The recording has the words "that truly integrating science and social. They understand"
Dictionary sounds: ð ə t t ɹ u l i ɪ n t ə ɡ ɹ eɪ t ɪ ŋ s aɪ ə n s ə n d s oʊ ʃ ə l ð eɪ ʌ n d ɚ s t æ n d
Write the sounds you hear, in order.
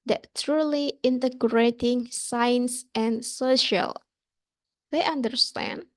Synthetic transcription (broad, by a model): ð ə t t ɹ u l i ɪ n t ə ɡ ɹ eɪ t ɪ ŋ s aɪ n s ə n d s oʊ ʃ ə l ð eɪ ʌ n d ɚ s t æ n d